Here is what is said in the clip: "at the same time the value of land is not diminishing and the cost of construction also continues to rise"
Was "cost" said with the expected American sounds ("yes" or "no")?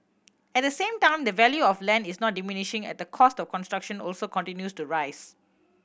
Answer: yes